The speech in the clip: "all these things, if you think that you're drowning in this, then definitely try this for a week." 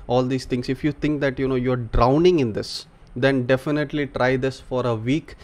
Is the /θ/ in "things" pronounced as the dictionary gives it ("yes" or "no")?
no